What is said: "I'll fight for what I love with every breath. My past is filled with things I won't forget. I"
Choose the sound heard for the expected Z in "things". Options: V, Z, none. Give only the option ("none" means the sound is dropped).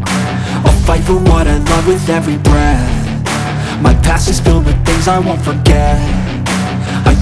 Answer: Z